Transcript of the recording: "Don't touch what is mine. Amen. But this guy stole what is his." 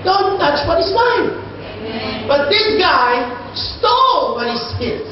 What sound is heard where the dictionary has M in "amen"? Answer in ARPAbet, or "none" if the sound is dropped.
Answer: none